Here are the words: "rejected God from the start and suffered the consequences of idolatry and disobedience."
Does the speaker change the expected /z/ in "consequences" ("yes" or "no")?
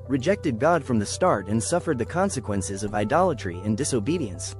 no